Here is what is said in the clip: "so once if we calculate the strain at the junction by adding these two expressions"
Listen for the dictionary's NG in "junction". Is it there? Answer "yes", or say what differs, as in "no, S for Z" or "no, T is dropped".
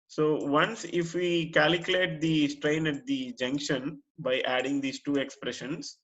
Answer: yes